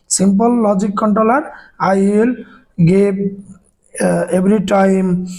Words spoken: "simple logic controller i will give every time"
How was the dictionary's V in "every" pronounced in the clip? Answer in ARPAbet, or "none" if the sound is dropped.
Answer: B